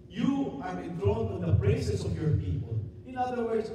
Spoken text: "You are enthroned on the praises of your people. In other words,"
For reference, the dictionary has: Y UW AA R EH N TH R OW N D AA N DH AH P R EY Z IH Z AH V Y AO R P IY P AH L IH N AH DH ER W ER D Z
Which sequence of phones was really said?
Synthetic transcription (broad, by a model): Y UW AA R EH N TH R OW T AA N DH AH B R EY S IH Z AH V Y AO R P IY P AH L IH N AH DH ER W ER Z